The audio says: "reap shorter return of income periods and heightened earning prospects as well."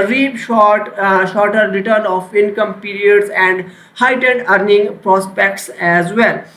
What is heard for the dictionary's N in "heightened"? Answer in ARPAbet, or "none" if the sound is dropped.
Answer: none